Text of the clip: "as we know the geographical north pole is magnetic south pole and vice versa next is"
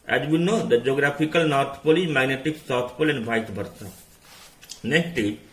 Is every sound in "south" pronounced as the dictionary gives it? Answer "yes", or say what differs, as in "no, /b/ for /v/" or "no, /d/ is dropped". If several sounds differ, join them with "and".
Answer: no, /t/ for /θ/